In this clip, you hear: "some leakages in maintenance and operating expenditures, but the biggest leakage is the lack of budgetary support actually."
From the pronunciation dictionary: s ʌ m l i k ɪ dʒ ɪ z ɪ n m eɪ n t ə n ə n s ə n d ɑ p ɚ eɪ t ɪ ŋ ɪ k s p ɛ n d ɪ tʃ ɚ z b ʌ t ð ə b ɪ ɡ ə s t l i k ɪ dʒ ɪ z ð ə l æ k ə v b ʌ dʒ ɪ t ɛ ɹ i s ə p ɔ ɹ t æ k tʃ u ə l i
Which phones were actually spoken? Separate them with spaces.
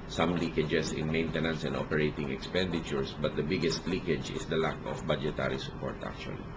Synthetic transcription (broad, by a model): s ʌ m l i k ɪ dʒ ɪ s ɪ n m eɪ n t ə n ə n s ə n d ɑ p ɚ eɪ t ɪ ŋ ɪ k s p ɛ n d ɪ tʃ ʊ s b ʌ t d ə b ɪ ɡ ə s t l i k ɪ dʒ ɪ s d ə l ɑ k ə f b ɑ dʒ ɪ t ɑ ɹ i s ə p ɔ ɹ t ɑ k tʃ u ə l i